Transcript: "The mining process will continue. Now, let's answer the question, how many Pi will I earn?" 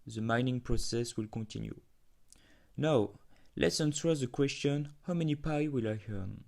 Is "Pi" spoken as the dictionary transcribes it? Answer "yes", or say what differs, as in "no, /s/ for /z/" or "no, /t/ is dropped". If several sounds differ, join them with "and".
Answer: yes